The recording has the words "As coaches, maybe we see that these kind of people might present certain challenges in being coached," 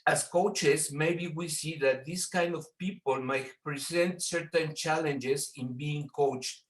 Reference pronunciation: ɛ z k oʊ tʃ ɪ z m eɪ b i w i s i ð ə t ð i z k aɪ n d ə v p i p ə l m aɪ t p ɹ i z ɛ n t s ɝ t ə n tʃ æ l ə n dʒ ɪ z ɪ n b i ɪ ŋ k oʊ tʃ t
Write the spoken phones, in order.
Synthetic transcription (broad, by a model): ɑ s k oʊ tʃ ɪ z m eɪ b i w i s i ð ə t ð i s k aɪ n d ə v p i p ə l m aɪ t p ɹ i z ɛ n t s ɝ t ə n tʃ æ l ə n dʒ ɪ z ɪ n b i ɪ ŋ k oʊ tʃ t